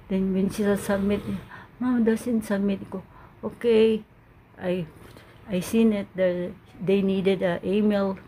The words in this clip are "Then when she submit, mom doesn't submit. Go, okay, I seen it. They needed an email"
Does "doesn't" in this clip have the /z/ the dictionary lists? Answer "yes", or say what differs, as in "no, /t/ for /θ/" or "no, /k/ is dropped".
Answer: no, /s/ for /z/